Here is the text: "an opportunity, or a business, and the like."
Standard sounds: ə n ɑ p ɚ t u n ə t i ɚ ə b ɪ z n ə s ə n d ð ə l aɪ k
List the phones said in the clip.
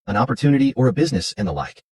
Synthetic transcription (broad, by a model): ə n ɑ p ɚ t u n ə t i ɚ ə b ɪ z n ə s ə n ð ə l aɪ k